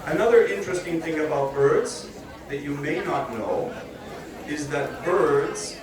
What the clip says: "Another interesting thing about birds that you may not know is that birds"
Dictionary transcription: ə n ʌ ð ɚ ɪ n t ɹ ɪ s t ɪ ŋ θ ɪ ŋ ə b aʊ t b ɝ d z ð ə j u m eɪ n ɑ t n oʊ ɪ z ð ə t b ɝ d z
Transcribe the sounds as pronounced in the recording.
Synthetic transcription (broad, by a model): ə n ʌ ð ɚ ɪ n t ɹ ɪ s t ɪ ŋ θ ɪ ŋ ə b aʊ t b ɝ d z ð ə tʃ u m eɪ n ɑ t n oʊ ɪ z ð ə t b ɝ d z